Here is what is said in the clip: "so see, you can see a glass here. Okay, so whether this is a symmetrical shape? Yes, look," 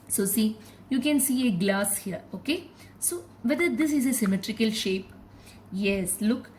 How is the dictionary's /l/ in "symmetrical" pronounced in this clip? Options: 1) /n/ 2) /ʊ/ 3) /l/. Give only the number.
3